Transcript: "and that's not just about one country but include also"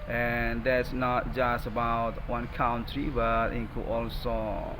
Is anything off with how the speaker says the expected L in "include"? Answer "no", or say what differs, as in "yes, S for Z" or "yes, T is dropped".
yes, L is dropped